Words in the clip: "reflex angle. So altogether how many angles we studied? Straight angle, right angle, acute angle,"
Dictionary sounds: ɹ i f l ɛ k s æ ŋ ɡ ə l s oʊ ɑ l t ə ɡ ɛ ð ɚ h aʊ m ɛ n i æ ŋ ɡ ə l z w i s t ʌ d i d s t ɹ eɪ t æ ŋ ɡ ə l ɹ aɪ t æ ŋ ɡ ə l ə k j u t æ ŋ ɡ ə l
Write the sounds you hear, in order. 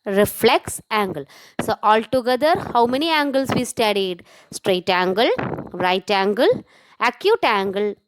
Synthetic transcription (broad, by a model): ɹ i f l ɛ k s æ ŋ ɡ ə l s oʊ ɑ l t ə ɡ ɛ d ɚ h aʊ m ɛ n i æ ŋ ɡ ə l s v i s t ʌ d i d s t ɹ eɪ t æ ŋ ɡ ə l ɹ aɪ t æ ŋ ɡ ə l ə k j u t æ ŋ ɡ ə l